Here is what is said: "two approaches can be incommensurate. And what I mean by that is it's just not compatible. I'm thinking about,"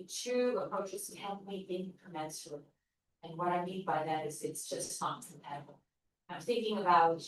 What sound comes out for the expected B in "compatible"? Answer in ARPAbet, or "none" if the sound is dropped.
none